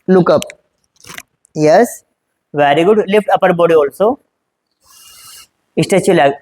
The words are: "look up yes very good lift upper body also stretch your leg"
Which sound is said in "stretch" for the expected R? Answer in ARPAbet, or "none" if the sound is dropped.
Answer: none